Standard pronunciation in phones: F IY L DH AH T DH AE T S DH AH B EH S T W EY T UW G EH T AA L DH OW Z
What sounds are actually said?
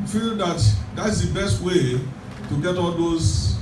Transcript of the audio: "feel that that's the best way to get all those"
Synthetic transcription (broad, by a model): F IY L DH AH T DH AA T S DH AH B EH S T W EY T UW G EH T AA L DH OW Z